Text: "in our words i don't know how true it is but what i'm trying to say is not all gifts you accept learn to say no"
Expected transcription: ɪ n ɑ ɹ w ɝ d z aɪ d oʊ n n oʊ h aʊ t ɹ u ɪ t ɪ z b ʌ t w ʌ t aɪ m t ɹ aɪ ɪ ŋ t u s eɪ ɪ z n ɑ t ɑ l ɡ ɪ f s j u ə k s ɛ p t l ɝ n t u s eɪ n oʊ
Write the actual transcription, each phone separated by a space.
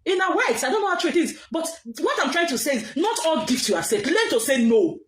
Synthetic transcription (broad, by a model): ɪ n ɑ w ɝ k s aɪ d oʊ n n oʊ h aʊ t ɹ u ɪ t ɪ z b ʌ t w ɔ t aɪ m t ɹ aɪ ɪ ŋ t u s eɪ ɪ z n ɑ t ɑ l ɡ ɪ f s j u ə s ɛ t l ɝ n t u s eɪ n oʊ